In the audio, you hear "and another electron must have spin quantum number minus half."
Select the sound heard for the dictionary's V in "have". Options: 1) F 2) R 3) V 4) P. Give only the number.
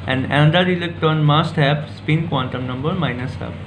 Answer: 4